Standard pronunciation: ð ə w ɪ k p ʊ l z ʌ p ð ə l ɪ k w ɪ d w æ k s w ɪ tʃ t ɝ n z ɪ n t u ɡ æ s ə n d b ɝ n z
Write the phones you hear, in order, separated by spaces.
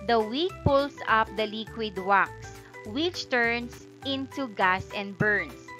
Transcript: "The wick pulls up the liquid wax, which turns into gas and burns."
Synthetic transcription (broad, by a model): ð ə w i k p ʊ l s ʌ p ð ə l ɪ k w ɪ d w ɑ k s w ɪ tʃ t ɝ n s ɪ n t u ɡ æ s ə n d b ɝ n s